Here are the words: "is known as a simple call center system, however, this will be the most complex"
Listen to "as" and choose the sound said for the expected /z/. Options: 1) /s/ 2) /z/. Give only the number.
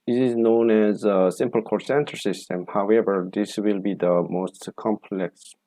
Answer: 2